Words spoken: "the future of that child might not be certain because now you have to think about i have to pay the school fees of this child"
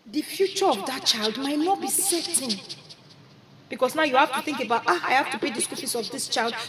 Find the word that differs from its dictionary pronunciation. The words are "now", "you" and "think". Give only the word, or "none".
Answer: none